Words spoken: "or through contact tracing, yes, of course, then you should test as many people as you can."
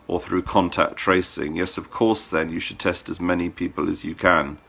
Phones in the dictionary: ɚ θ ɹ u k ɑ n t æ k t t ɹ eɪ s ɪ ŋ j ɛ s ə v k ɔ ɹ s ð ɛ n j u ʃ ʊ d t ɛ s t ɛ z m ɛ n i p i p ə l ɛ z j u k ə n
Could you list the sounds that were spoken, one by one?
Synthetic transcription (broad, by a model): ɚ θ ɹ u k ɑ n t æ k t t ɹ eɪ s ɪ ŋ j ɛ s ə v k ɔ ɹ s ð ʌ n j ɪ ʃ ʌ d t ɛ s t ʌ z m ɛ n i p i p ə l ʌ z j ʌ k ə n